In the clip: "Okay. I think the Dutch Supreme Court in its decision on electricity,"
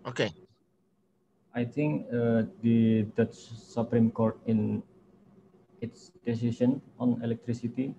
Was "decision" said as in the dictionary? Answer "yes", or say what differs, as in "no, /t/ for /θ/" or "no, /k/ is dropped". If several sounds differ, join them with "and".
no, /ʃ/ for /ʒ/